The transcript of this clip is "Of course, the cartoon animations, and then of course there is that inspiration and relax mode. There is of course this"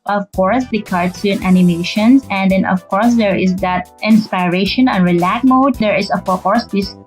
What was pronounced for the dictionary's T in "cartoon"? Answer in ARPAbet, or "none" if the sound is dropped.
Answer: S